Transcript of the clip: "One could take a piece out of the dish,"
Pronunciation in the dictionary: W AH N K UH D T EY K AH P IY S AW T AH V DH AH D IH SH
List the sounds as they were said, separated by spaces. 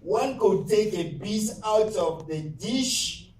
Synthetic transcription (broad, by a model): W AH N K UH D T EY K AH B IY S AW T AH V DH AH D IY SH